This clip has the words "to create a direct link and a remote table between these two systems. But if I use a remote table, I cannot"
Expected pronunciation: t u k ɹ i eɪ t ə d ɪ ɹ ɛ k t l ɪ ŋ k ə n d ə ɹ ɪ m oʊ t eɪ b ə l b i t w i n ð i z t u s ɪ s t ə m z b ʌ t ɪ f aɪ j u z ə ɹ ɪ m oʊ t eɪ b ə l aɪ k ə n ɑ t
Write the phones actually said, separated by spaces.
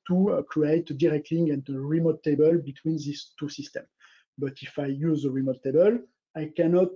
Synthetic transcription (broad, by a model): t u k ɹ i eɪ t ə d ɪ ɹ ɛ k t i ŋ ə n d ə ɹ ɪ m oʊ t eɪ b ə l b i t w i n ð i s t u s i s t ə m b ʌ t ɪ f aɪ j u z ə ɹ ɪ m oʊ t eɪ b ə l aɪ k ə n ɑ t